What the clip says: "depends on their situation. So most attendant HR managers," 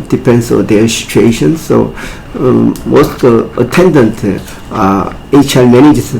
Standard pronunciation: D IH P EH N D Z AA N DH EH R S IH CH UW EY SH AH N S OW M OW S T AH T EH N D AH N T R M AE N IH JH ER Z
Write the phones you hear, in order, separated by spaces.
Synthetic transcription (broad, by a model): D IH P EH N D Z AA N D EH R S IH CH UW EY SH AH N S OW M OW S T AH T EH N D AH N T L M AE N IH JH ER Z